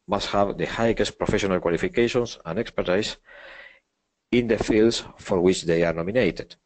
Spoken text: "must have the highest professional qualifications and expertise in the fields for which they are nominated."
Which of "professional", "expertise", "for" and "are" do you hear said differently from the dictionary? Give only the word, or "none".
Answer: expertise